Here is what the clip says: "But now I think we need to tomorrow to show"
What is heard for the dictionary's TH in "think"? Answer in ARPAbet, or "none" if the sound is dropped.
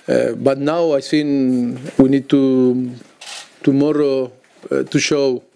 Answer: S